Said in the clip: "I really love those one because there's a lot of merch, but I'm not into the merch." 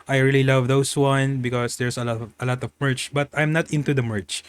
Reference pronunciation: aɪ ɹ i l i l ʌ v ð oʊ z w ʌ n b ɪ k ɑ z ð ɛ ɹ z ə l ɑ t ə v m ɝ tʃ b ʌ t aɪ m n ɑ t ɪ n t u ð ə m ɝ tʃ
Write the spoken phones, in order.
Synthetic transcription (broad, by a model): aɪ ɹ i l i l ʌ v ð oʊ s w ʌ n b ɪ k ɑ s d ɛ ɹ s ə l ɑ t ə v m ɝ tʃ b ʌ t aɪ m n ɑ t ɪ n t u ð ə m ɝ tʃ